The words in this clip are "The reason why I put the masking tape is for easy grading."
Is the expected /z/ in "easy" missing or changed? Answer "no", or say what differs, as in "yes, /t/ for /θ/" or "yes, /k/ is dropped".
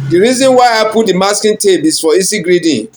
yes, /s/ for /z/